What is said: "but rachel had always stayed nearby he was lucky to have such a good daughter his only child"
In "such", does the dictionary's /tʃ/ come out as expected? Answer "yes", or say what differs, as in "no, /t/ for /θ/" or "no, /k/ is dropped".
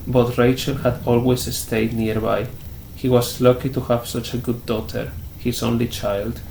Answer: yes